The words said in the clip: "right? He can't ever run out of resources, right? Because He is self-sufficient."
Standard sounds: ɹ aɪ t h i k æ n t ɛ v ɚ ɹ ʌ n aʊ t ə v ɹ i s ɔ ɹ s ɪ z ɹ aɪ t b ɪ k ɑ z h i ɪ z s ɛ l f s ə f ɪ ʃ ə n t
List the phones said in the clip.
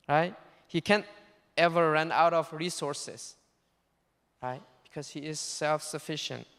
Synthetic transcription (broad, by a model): ɹ aɪ t h i k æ n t ɛ v ɚ ɹ ʌ n aʊ t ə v ɹ i s ɔ ɹ s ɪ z ɹ aɪ t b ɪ k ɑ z h i ɪ z s ɛ l f s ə f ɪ ʃ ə n t